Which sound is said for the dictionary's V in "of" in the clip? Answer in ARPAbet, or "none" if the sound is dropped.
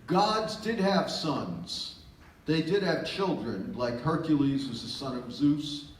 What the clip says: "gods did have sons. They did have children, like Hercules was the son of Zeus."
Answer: V